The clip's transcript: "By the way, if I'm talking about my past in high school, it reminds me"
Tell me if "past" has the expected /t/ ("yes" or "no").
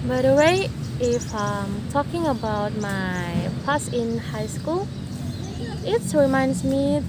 no